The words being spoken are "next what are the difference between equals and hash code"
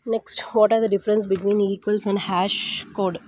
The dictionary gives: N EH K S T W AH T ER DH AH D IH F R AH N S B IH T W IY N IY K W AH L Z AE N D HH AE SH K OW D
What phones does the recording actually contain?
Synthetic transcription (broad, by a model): N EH K S T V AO T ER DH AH D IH F R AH N S B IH T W IY N IY K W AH L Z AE N D HH AE SH K OW D